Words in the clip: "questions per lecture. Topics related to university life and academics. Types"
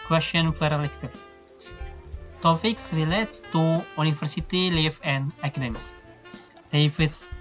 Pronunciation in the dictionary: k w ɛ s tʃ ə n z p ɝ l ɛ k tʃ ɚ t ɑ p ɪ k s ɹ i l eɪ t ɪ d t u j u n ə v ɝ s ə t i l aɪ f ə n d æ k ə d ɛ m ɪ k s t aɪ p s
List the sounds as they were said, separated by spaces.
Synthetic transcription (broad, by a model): k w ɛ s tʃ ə n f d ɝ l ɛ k s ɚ t ɑ p ɪ k s ɹ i l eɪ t t u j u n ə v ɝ s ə t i l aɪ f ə n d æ k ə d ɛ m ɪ s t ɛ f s